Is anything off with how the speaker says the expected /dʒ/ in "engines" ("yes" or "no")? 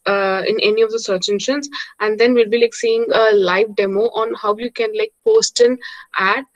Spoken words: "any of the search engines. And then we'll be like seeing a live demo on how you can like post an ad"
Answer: yes